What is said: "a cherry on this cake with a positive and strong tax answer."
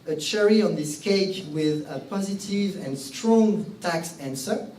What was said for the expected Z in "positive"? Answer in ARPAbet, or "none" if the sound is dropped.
Z